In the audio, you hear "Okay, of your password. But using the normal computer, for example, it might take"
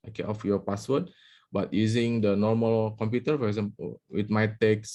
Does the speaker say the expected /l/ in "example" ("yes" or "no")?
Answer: no